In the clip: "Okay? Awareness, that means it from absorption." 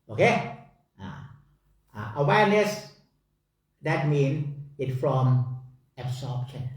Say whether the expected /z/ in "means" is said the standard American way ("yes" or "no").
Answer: no